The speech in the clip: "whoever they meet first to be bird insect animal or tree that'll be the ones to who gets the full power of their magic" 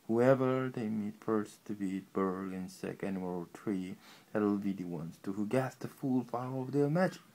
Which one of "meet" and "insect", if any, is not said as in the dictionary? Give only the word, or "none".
insect